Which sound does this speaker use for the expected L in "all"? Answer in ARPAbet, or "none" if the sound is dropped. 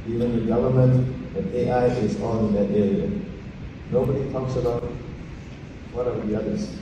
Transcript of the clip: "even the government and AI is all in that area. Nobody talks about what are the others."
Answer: N